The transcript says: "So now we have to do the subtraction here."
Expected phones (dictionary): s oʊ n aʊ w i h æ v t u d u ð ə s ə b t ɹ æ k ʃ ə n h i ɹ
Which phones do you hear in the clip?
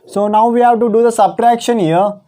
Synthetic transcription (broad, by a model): s oʊ n aʊ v i h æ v t u d u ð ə s ə b t ɹ æ k ʃ ə n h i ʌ